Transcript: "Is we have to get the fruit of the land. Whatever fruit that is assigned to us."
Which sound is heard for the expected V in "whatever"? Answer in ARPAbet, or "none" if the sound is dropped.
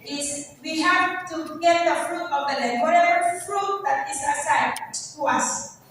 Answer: none